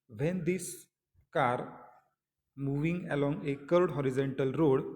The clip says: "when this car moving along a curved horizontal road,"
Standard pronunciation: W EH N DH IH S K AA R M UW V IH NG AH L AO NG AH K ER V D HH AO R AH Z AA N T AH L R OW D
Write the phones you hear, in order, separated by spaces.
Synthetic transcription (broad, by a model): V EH N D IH S K AA R M UW V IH NG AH L AO NG AH K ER D HH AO R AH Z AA N T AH L R OW D